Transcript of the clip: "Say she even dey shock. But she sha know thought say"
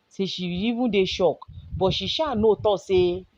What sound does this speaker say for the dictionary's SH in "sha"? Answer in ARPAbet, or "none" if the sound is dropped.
SH